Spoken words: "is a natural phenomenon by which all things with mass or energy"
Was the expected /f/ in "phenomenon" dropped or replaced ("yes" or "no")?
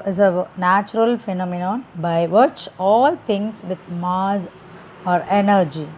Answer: no